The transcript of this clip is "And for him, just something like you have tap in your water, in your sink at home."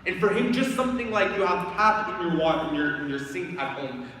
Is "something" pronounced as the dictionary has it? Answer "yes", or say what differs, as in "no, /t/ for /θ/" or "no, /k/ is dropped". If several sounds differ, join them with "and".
yes